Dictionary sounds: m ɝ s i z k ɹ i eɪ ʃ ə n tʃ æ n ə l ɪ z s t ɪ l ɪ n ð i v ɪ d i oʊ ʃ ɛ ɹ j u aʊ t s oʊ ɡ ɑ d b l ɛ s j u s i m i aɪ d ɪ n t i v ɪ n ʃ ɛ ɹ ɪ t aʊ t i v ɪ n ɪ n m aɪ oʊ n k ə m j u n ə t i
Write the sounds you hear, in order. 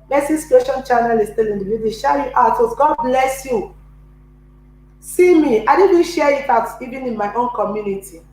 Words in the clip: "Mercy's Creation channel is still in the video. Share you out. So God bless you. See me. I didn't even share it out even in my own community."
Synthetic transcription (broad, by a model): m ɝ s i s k i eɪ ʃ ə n tʃ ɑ n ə l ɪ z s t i l ɪ n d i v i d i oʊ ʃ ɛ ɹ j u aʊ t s ɡ ɑ d b l ɛ s j u s i m i aɪ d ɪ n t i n ʃ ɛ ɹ ɪ t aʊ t i v ɪ n ɪ n m aɪ oʊ n k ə m j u n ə t i